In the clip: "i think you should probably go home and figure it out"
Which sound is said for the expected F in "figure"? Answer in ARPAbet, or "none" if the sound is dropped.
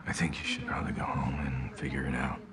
F